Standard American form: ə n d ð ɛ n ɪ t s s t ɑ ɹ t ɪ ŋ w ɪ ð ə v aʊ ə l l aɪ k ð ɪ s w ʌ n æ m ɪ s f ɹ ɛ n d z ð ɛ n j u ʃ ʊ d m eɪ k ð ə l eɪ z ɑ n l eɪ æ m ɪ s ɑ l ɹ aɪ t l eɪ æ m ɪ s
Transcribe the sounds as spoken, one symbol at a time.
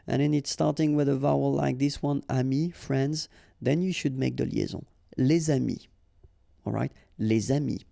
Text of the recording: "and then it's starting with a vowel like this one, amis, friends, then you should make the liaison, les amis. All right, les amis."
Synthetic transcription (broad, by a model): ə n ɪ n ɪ t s s t ɑ ɹ t ɪ ŋ w ɪ ð ə v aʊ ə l l aɪ k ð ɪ s w ʌ n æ m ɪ f ɹ ɛ n d z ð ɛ n j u ʃ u d m eɪ k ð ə l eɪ z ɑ l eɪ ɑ m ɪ ɑ l ɹ aɪ t l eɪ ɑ m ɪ